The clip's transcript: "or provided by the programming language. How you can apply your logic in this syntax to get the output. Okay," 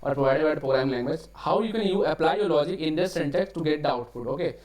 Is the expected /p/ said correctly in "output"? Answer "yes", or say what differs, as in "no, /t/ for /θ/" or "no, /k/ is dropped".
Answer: no, /f/ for /p/